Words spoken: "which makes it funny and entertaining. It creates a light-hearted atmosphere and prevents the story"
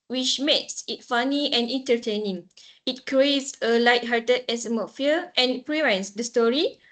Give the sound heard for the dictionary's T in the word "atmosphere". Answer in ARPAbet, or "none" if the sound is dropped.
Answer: S